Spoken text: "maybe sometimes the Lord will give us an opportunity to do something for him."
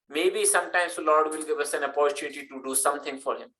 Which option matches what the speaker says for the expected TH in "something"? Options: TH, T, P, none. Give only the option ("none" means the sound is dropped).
T